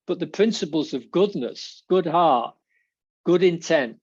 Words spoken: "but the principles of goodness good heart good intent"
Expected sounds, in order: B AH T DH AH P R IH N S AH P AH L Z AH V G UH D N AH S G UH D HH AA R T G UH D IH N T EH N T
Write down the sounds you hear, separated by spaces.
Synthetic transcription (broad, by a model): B AH T DH AH P R IH N S AH P AH L Z AH V G UH D N AH S G UH D HH AA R T G UH D IH N T EH N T